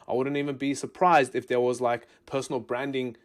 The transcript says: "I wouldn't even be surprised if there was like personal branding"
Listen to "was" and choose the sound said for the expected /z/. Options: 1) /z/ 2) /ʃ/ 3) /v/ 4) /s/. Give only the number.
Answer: 1